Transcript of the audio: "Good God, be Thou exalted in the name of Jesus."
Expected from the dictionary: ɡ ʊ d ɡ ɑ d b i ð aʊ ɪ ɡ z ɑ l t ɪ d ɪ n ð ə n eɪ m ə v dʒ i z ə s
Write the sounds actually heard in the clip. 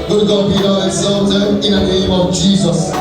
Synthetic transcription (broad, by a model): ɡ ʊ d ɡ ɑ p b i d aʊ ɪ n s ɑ n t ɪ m ɪ n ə n eɪ m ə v dʒ i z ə s